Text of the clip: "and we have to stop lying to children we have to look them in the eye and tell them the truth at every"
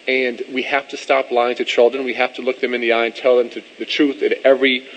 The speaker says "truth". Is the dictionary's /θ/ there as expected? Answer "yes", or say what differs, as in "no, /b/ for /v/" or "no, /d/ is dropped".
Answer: yes